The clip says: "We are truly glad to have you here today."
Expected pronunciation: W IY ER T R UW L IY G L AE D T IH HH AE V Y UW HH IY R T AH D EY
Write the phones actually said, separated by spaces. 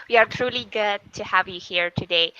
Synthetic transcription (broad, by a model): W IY ER T R UW L IY G UH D T IH HH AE V Y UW HH IY R T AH D EY